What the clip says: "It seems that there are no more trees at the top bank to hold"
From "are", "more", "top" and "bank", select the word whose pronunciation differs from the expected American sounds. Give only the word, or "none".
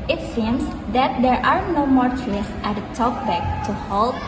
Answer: bank